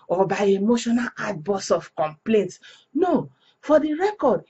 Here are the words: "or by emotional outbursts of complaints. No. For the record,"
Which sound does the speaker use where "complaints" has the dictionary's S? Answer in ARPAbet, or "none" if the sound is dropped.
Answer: S